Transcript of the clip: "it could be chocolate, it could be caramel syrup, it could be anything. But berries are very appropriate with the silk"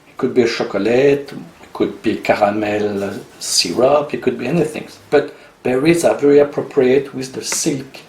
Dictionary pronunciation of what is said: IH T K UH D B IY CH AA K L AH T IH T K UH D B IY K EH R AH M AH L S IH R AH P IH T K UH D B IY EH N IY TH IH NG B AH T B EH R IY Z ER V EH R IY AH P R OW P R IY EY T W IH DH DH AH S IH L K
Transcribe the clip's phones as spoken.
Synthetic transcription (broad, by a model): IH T K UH D B IY SH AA K L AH T IH T K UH D B IY K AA R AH M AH L S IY R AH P IH T K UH D B IY EH N IY TH IH NG B AH T B EH R IY Z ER V EH R IY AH P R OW P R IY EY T W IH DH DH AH S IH L K